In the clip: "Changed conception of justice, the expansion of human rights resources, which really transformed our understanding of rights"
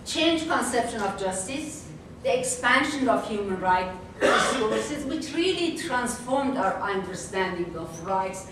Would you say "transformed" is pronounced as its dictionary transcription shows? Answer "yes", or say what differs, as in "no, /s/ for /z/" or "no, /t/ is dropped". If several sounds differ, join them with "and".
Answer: yes